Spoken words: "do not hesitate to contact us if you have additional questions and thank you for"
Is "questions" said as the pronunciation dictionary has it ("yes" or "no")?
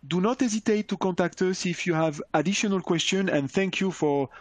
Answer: no